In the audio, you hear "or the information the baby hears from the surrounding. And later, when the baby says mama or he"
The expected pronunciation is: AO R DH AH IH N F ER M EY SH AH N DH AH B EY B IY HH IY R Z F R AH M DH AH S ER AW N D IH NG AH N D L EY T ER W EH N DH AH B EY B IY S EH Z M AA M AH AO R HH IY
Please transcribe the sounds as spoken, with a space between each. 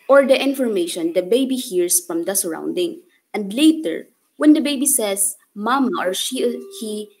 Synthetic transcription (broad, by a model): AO R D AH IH N F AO M EY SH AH N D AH B EY B IY HH IY R S F R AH M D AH S ER AW N D IH NG AH N D L EY T ER W EH N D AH B EY B IY S EH S M AA M AH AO R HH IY